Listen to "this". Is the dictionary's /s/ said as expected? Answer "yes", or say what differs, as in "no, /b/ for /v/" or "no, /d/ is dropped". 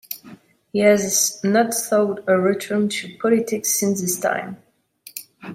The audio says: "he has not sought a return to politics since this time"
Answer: yes